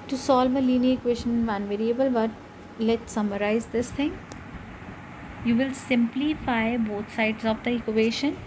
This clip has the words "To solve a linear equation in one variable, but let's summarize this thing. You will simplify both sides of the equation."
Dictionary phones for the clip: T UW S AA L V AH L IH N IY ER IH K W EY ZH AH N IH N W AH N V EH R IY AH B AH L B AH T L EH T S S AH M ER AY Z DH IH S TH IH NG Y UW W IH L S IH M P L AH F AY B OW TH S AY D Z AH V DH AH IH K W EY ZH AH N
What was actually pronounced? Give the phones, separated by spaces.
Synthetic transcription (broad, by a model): T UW S AA L V AH L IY N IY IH K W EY SH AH N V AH N V EH R IY AH B AH L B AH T L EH T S S AH M ER AY Z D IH S T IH NG Y UW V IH L S IH M P L AH F AY B OW T S AY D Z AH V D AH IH K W EY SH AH N